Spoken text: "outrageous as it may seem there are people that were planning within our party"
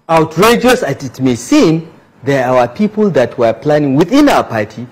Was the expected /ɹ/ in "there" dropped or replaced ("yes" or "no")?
yes